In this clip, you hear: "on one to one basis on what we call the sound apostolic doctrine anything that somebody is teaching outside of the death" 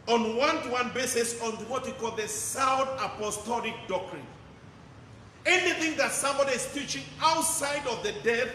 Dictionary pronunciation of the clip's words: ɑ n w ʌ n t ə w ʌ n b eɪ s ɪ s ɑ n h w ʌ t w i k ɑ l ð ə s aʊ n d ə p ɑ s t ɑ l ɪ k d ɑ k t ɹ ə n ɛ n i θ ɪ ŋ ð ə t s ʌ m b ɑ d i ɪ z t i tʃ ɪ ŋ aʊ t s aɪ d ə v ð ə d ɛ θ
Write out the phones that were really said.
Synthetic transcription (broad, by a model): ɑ n w ʌ n t ə w ʌ n b eɪ s ɪ s ɑ n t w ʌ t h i k ɑ l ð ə s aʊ d ə p ɑ s t ɑ l ɪ k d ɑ k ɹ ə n ɛ n i θ ɪ ŋ ð ə t s ʌ m b ɑ d i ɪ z t i tʃ ɪ ŋ aʊ t s aɪ d ə v ð ə d ɛ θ